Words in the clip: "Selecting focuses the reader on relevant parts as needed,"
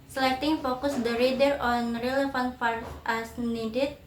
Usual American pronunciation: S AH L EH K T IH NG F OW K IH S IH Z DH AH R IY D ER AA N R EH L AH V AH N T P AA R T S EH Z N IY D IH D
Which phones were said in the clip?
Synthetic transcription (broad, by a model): S L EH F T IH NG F OW K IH S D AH R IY D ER AA N R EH L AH F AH N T F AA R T AA S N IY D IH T